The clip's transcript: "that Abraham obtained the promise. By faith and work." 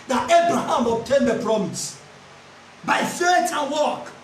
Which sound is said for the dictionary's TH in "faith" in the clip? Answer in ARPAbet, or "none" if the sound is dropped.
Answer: T